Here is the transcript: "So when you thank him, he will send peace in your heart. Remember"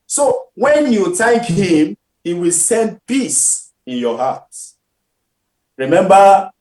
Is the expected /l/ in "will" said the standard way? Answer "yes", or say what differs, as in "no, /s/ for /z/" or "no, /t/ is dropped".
yes